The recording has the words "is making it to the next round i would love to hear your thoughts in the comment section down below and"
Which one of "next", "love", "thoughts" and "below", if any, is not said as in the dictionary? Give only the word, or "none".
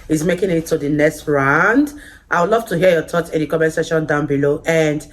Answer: thoughts